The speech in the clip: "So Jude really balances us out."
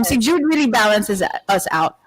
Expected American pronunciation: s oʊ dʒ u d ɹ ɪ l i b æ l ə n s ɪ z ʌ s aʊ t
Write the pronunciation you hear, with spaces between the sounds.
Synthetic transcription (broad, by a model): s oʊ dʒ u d ɹ ɪ l i b æ l ə n s ɪ z ʌ s aʊ t